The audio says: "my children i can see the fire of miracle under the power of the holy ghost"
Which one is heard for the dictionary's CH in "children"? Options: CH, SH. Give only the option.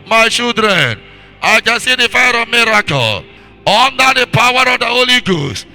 SH